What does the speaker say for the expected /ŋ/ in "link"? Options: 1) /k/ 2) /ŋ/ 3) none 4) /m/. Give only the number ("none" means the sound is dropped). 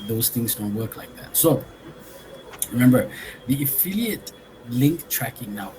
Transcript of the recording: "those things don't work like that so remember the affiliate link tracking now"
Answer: 2